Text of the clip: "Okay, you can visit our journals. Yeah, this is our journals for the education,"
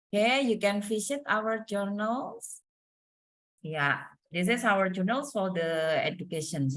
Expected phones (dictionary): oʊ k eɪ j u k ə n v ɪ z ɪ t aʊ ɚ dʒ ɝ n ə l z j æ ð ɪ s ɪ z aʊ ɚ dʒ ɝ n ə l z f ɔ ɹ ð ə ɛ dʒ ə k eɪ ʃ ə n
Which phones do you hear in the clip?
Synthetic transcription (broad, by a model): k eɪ j u k ə n f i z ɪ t aʊ ɚ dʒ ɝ n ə l s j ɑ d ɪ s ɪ s aʊ ɚ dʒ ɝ n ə l s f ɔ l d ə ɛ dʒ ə k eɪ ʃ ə n